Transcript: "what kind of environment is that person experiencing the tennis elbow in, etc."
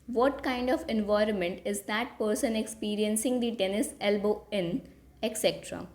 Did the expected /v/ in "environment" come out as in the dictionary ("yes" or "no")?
yes